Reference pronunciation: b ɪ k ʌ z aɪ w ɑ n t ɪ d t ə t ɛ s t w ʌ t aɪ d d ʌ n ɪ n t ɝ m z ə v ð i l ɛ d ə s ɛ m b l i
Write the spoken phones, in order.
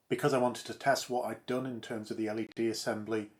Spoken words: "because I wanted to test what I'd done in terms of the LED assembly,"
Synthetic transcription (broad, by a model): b ɪ k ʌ z aɪ w ɑ n t ɪ d t ə t ɛ s t w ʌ t aɪ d d ʌ n ɪ n t ɝ m z ə v ð i l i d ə s ɛ m b l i